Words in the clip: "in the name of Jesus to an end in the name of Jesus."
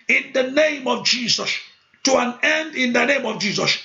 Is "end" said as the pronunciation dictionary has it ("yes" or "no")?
yes